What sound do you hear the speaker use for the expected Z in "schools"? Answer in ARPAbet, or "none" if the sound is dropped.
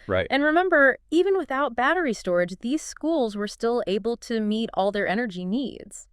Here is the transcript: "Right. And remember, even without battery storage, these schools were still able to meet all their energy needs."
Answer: Z